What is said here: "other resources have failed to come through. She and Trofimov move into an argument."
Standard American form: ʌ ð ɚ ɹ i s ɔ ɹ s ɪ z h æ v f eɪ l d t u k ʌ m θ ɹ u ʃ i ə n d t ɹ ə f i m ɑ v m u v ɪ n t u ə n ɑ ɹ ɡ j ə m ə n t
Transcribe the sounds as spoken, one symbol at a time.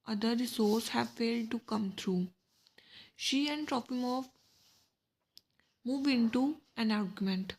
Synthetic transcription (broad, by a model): ʌ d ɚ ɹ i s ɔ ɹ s h æ v f eɪ l d t u k ʌ m t ɹ u ʃ i ə n d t ɹ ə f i m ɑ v m u v ɪ n t u ə n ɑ ɹ ɡ j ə m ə n t